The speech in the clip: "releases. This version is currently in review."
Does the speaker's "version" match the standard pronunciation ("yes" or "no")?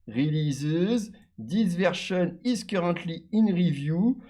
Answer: no